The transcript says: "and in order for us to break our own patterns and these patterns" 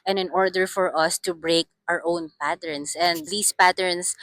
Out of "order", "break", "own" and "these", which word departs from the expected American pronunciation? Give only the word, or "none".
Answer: these